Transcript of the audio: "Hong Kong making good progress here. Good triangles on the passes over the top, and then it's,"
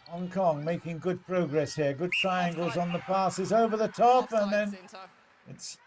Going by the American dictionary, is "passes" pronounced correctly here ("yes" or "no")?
yes